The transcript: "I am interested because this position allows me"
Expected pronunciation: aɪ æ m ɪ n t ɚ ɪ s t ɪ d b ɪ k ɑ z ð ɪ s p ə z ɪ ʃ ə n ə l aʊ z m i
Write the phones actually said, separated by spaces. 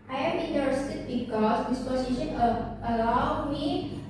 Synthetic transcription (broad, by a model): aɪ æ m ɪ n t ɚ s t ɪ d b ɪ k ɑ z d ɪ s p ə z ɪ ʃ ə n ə l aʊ m i